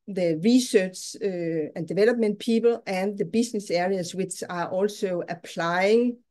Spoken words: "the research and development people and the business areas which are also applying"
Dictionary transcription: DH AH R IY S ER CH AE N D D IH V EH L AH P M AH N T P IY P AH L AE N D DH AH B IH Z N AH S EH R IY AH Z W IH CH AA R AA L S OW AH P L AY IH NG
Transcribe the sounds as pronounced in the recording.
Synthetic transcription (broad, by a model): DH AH R IY S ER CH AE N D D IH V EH L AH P M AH N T P IY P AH L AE N DH AH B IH S N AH S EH R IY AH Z W IH CH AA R AA L S OW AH P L AY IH NG